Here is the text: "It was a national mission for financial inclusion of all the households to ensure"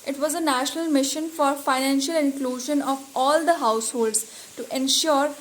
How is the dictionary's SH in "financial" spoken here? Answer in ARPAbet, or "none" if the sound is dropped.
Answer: SH